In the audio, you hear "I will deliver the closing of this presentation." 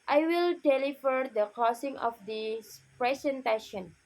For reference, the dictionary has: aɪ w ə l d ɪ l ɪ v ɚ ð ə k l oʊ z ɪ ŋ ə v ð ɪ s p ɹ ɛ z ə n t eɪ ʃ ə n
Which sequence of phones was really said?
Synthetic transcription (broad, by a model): aɪ w ə l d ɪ l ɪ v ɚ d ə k oʊ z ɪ ŋ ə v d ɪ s p ɹ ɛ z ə n t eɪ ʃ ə n